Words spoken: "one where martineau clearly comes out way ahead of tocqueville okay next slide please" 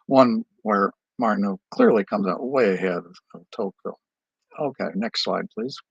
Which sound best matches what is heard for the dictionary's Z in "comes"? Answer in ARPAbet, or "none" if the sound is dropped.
Z